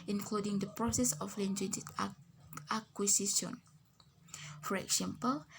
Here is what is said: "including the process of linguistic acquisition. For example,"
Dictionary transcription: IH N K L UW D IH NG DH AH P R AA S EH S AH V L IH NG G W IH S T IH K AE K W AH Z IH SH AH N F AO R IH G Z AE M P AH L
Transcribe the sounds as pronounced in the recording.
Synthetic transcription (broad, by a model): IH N K L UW D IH NG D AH P R AA S EH S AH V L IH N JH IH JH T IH AA K W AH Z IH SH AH N F AO R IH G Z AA M P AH L